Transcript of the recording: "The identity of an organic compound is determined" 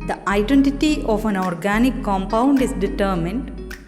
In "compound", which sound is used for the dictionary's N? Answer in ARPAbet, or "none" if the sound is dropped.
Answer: N